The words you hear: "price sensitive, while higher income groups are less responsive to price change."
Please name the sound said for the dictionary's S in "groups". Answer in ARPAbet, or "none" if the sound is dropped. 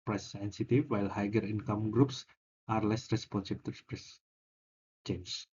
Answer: S